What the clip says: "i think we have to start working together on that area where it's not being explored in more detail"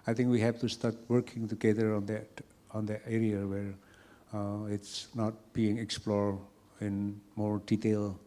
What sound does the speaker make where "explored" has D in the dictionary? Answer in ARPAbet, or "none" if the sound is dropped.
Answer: none